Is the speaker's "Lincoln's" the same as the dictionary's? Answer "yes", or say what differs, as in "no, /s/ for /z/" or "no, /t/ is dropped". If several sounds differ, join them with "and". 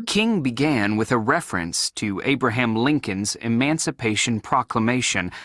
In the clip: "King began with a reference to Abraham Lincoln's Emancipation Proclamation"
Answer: yes